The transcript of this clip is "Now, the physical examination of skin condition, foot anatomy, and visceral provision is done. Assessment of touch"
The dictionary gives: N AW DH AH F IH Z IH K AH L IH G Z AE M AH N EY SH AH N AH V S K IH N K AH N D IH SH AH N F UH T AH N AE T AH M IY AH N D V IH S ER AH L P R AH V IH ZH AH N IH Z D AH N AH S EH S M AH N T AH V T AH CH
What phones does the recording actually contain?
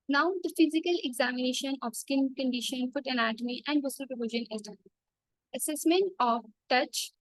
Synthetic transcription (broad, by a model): N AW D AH F IH Z IH K AH L IH G Z AE M AH N EY SH AH N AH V S K IH N K AH N D IH SH AH N F UH T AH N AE T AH M IY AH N D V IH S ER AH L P R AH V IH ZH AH N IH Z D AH AH S EH S M AH N T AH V T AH CH